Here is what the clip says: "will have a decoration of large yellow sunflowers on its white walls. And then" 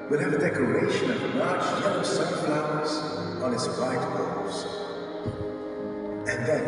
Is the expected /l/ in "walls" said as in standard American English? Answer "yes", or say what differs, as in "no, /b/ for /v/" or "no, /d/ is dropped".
no, /l/ is dropped